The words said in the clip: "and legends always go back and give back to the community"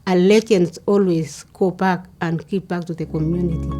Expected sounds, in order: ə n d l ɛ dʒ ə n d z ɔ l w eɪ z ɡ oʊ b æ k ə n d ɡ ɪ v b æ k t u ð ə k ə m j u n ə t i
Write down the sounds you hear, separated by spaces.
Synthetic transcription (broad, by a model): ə l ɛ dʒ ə n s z ɔ l w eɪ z ɡ oʊ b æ k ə n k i p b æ k t u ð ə k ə m j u n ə t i